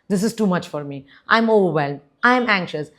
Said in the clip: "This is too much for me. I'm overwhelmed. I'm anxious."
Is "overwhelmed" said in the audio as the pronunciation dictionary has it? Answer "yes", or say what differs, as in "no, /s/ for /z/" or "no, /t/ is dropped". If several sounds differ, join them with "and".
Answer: no, /d/ is dropped